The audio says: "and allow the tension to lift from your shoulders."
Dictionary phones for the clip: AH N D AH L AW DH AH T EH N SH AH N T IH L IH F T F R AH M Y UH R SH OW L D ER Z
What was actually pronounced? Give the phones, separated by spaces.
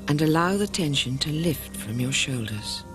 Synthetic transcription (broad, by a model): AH N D AH L AW DH AH T EH N SH AH N T IH L IH F T F R AH M Y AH R SH OW L D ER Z